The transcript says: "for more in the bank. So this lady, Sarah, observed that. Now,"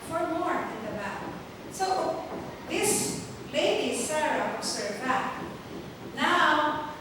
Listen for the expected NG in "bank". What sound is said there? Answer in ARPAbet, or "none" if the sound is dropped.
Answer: none